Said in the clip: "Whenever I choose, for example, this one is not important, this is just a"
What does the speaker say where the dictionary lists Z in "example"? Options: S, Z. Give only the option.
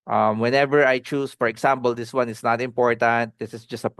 S